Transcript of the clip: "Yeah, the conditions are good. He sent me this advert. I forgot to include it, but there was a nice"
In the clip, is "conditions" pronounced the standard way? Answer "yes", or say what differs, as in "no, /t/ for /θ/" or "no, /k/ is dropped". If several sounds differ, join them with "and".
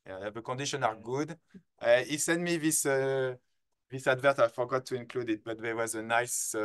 no, /z/ is dropped